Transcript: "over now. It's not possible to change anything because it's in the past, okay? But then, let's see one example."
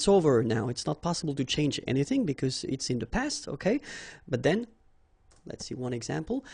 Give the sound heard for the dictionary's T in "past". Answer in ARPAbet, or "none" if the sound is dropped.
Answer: T